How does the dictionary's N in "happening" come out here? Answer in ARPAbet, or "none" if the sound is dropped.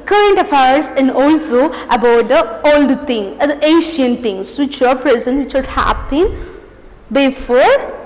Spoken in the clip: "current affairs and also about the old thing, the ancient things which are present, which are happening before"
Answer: none